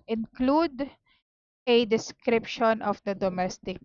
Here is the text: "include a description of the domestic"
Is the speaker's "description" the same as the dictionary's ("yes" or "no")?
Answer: yes